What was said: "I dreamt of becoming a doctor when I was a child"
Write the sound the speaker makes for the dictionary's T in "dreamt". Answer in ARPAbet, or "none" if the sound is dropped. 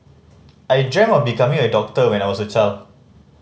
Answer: none